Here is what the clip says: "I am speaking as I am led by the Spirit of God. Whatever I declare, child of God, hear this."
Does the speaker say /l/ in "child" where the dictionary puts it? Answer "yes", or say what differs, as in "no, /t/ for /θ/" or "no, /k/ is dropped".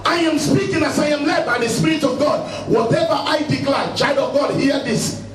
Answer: no, /l/ is dropped